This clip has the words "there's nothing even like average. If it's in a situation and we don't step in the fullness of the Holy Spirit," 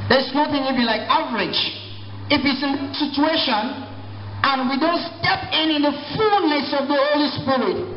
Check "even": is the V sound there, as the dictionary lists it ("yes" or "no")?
no